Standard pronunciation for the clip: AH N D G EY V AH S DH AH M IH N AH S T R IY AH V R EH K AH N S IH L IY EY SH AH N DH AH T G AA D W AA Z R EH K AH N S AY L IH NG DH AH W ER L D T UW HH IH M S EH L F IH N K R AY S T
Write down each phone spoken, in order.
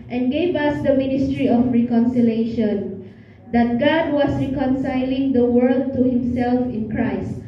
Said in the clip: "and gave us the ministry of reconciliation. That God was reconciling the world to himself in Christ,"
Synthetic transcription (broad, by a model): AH N G EY V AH S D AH M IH N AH S T R IY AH F R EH K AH N S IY L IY EY SH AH N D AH T G AA D W AA S R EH K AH N S AY L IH NG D AH W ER L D T UW HH IH M S EH L F IH N K R AY S T